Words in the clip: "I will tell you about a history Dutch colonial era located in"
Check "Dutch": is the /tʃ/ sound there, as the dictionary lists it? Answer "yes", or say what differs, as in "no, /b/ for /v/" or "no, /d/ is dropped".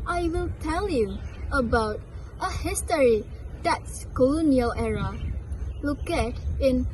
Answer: no, /s/ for /tʃ/